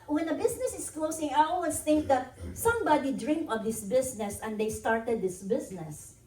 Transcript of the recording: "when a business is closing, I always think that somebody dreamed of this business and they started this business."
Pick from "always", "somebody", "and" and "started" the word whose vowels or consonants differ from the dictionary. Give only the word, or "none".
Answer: always